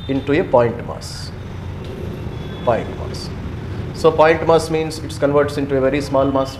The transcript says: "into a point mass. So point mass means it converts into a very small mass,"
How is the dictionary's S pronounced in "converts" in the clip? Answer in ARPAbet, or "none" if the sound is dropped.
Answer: S